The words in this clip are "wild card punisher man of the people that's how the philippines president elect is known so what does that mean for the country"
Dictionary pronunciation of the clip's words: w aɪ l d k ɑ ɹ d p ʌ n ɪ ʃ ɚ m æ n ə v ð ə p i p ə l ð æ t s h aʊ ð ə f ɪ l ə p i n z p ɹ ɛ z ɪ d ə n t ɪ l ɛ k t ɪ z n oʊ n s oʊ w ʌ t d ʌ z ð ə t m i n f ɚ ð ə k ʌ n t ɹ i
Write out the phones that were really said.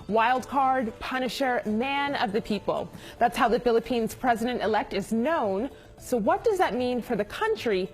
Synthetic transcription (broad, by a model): w aɪ l d k ɑ ɹ d p ʌ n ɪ ʃ ɚ m æ n ə v ð ə p i p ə l ð æ t s h aʊ ð ə f ɪ l ə p i n z p ɹ ɛ z ɪ d ə n t ɪ l ɛ k t ɪ z n oʊ n s oʊ w ʌ t d ʌ z ð ə t m i n f ɚ ð ə k ʌ n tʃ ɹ i